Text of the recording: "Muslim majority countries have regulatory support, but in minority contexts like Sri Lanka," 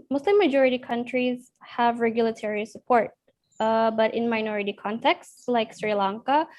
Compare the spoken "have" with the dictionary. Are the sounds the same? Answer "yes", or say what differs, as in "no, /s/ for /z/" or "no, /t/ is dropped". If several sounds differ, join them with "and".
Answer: yes